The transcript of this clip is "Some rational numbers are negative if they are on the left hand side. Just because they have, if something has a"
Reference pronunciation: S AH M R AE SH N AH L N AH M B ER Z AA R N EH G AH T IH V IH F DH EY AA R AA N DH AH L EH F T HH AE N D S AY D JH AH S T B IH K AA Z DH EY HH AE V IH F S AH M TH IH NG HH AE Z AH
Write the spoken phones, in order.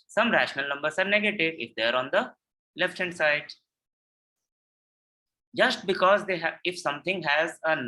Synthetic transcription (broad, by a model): S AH M R AE SH N AH L N AH M B ER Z AA R N EH G AH T IH V IH F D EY AA R AA N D AH L EH F T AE N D S AY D JH AH S T B IH K AA Z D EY HH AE IH F S AH M T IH NG HH AE Z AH